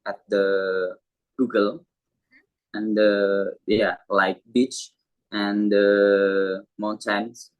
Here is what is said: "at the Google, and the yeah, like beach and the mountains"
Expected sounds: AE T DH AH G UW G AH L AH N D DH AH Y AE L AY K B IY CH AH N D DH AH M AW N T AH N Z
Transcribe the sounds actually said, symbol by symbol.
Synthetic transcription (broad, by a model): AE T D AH G UW G AH L AH N D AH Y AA L AY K B IY CH AH N D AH M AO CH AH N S